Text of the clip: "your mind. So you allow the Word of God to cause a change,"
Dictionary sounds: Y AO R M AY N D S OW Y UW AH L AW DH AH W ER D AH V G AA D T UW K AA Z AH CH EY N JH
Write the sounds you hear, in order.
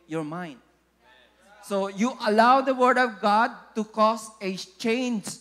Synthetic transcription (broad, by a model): Y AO R M AY N D S OW Y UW AH L AW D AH W ER D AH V G AA D T UW K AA S AH CH EY N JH